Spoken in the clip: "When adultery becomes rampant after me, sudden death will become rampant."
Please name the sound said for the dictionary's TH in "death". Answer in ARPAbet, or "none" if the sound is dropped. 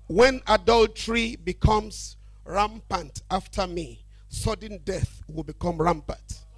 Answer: TH